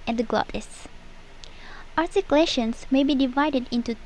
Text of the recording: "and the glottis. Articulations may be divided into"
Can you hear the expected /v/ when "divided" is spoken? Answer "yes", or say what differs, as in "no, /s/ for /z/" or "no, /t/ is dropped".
yes